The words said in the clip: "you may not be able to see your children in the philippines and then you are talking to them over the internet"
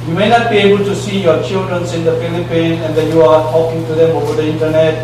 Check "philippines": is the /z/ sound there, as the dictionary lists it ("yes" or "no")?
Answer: no